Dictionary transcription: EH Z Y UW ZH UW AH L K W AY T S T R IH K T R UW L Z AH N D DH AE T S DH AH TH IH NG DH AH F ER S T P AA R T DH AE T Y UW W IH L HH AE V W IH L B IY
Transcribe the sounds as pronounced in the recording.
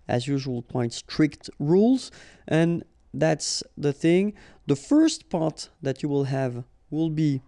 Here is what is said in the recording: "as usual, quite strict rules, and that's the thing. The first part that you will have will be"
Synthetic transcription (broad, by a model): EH Z Y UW ZH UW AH L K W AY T S T R IH K T R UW L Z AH N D DH AE T S DH AH TH IH NG DH AH F ER S T P AA R T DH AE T Y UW W IH L HH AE V W IH L B IY